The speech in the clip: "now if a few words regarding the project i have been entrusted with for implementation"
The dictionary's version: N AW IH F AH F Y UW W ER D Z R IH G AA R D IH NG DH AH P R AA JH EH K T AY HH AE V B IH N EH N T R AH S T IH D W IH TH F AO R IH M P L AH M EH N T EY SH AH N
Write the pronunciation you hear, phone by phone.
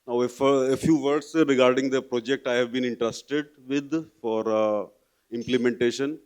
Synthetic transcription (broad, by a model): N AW IH F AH F Y UW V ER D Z R IH G AA R D IH NG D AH P R AA JH EH K T AY HH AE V B IH N EH N T R AH S T IH D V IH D F AO R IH M P L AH M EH N T EY SH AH N